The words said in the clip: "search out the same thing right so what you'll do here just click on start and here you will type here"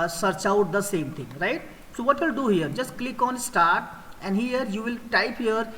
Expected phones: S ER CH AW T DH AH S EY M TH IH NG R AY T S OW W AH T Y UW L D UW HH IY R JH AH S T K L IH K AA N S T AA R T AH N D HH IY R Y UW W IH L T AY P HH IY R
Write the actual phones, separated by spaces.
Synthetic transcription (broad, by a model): S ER CH AW T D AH S EY M T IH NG R AY T S OW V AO T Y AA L D UW HH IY R JH AH S T K L IH K AA N S T AA R T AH N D HH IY R Y UW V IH L T AY P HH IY R